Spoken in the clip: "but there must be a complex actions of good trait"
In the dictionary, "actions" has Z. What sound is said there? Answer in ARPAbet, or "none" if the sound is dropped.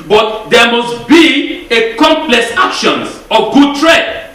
none